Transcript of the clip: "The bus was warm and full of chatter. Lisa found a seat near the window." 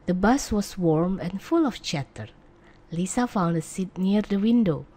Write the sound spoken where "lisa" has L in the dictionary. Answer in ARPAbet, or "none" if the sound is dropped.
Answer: L